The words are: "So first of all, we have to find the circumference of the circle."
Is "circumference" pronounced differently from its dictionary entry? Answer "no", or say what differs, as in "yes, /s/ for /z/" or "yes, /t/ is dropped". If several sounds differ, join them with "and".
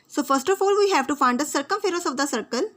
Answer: yes, /n/ is dropped